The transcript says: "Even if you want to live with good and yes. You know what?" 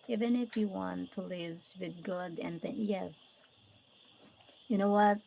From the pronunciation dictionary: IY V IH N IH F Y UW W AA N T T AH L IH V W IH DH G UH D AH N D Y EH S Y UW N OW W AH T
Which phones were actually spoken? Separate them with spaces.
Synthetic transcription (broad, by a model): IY V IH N IH F Y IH W AA N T T AH L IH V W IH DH G UH D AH N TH Y EH S Y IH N OW W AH T